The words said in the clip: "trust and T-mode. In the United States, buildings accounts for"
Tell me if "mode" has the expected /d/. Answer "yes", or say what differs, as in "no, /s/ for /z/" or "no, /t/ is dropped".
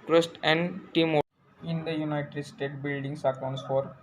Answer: no, /d/ is dropped